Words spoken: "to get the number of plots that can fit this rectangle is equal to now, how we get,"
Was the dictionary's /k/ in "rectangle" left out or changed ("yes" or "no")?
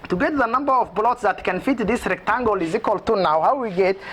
no